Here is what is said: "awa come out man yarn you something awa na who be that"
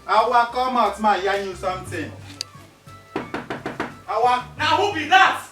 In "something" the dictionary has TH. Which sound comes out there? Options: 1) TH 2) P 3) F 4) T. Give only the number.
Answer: 4